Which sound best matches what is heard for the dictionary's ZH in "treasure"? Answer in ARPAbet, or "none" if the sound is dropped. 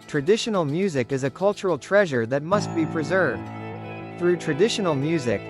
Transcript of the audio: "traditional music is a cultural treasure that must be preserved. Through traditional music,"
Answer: ZH